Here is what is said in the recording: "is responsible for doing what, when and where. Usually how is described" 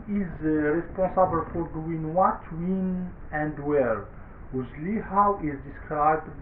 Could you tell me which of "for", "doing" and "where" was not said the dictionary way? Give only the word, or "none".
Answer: none